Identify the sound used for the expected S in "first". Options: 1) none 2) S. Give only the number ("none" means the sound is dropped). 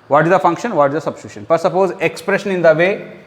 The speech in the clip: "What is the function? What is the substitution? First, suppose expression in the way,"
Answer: 1